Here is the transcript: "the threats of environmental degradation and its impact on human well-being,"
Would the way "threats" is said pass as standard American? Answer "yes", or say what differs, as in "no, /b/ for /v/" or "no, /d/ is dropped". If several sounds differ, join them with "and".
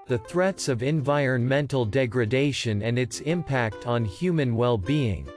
yes